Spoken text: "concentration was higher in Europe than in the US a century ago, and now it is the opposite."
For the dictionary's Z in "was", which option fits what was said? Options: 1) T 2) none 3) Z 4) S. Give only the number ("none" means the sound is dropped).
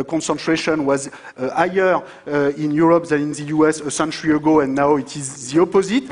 3